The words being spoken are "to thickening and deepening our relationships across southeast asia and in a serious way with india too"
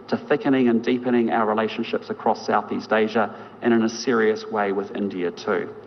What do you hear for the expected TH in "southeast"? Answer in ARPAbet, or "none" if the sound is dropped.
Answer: TH